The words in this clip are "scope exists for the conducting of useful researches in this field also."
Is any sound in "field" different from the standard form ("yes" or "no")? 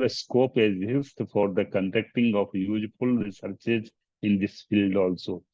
no